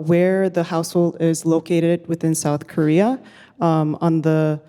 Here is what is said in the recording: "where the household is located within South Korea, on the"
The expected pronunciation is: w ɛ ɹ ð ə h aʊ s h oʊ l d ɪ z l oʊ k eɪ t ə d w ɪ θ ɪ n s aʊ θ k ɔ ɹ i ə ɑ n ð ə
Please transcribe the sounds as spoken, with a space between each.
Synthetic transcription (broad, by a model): w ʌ ɹ ð ə h aʊ s h oʊ l d ɪ z l oʊ k eɪ t ə d w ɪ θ ɪ n s aʊ θ k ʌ ɹ i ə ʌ n ð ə